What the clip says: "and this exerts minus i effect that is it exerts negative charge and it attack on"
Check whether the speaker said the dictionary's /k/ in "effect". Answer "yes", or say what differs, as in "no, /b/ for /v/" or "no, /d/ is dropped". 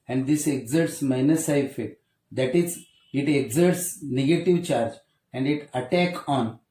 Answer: no, /k/ is dropped